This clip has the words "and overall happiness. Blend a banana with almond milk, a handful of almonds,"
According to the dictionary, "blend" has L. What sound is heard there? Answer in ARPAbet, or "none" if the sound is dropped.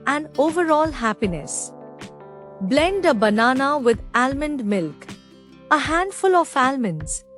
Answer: L